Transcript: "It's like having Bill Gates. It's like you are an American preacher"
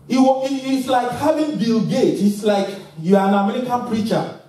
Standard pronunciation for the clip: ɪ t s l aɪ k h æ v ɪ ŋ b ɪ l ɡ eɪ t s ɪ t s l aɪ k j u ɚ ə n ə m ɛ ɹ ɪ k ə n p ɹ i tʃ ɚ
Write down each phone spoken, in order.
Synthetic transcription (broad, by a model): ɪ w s l aɪ k h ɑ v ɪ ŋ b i l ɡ eɪ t ɪ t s l aɪ k j u ə n ə m ɛ ɹ ɪ k ə n p ɹ i tʃ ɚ